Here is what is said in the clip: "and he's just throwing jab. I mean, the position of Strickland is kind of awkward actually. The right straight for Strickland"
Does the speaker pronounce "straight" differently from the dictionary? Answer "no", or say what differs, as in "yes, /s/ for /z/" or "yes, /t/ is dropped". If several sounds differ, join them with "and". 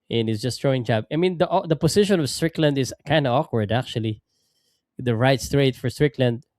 no